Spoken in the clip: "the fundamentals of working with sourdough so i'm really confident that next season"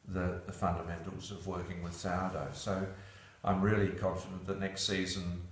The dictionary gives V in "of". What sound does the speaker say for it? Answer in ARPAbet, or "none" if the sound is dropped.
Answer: V